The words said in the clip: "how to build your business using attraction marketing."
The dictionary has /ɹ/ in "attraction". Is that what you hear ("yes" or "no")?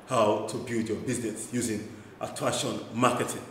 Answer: no